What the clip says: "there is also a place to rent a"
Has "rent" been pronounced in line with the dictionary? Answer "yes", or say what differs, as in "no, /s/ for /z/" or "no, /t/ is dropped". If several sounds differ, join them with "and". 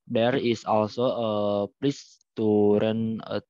no, /t/ is dropped